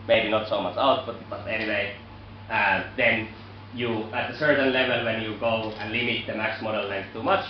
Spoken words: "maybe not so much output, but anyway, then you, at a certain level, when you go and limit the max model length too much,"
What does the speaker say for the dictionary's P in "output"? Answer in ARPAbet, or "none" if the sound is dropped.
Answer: B